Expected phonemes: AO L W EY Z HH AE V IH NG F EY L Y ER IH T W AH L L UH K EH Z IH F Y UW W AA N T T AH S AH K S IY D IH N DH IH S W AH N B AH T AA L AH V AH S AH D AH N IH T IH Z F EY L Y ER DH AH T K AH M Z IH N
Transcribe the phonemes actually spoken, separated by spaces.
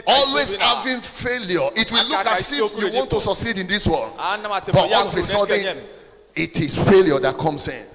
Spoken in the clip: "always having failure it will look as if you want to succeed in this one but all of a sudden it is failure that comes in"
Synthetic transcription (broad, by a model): AO L W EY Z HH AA V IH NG F EY L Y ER IH T W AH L L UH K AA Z IH F Y UW W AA N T T AH S AH K S IY D IH N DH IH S W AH L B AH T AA N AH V AH S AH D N IH T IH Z F EY L Y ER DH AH T K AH M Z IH N